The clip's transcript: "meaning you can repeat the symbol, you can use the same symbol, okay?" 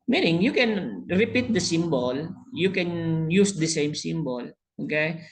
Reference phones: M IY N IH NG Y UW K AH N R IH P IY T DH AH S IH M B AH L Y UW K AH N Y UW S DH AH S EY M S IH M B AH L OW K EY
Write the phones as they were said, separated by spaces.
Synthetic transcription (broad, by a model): M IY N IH NG Y UW K AH N R IH P IY T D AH S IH M B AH L Y UW K AH N Y UW S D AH S EY M S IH M B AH L OW K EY